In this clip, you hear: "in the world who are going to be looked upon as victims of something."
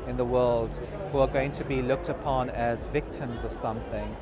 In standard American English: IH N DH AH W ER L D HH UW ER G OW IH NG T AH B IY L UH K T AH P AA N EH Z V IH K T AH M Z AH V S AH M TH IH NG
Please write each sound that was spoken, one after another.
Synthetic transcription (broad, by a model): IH N DH AH W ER L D HH UW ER G OW IH NG T AH B IY L UH K T AH P AA N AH Z V IH K T AH M Z AH V S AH M TH IH NG